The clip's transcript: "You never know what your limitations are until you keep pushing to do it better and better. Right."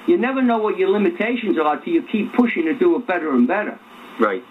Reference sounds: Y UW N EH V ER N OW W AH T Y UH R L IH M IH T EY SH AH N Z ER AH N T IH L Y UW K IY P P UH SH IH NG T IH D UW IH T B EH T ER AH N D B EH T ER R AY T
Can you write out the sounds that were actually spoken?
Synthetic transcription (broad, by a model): Y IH N EH V ER N OW W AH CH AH R L IH M IH T EY SH AH N Z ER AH T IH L Y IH K IY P P UH SH IH NG T IH D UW IH T B EH T ER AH N B EH T ER R AY T